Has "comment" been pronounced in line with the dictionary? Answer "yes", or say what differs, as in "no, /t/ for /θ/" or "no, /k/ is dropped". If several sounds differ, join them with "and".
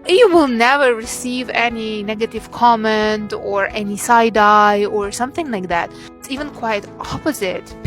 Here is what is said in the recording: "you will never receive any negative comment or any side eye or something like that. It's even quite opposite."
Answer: yes